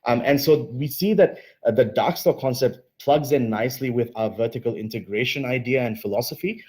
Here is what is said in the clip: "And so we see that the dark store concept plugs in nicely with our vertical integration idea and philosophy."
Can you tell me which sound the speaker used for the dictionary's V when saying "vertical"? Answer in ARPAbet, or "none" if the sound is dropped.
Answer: V